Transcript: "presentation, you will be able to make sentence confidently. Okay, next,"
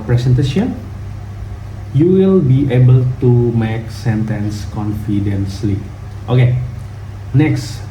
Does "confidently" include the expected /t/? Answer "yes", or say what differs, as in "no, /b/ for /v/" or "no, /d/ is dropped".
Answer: no, /s/ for /t/